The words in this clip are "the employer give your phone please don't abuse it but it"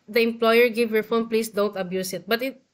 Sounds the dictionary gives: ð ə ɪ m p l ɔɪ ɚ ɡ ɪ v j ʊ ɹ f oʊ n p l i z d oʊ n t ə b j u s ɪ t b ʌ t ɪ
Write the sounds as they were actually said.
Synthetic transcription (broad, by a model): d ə ɪ m p l ɔɪ ɚ ɡ ɪ v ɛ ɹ f oʊ n p l i s d oʊ n t ə b j u s ɪ t b ʌ t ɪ